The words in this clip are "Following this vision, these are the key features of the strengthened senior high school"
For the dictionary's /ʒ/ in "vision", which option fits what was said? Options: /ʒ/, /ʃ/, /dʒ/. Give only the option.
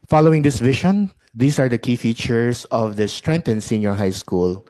/ʃ/